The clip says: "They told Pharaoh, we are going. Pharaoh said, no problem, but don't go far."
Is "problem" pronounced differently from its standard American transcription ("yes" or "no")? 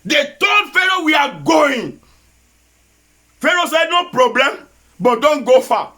no